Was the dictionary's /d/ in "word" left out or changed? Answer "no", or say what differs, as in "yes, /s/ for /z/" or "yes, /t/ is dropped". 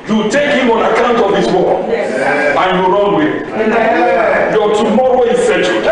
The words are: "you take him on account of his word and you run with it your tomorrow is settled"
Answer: yes, /d/ is dropped